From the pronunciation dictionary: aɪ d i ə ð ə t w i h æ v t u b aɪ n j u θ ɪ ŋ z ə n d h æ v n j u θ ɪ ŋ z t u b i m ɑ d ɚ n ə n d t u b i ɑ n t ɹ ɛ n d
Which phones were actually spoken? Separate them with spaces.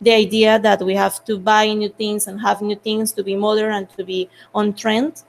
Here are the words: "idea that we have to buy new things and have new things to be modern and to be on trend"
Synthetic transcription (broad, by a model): aɪ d i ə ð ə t w i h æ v t u b aɪ n j u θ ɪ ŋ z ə n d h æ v n j u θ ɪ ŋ s t u b i m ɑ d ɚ ə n t u b i ɑ n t ɹ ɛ n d